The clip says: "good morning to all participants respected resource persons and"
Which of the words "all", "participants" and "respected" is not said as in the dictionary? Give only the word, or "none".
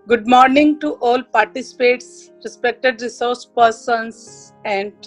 participants